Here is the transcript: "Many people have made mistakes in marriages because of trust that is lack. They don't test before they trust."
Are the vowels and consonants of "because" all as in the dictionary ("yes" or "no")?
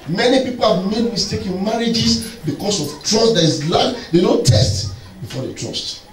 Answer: no